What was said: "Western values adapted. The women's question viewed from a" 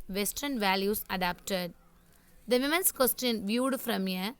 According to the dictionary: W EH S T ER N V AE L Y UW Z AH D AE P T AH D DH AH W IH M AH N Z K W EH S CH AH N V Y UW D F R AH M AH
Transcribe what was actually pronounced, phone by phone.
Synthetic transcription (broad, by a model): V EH S T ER N V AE L Y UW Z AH D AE P T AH D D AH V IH M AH N S K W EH S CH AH N V Y UW D F R AH M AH